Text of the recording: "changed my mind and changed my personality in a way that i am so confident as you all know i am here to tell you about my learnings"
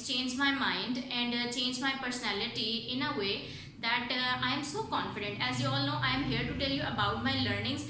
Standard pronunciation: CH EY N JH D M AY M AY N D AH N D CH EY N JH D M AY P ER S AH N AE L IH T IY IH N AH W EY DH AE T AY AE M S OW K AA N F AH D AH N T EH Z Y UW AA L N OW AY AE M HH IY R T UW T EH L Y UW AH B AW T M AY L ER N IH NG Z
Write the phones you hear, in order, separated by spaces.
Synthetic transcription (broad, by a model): CH EY N JH M AY M AY N D AH N D CH EY N JH M AY P ER S AH N AE L IH T IY IH N AH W EY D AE T AY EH M S OW K AA N F AH D AH N T EH Z Y UW AA L N OW AY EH M HH IY R T UW T EH L Y UW AH B AW T M AY L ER N IH NG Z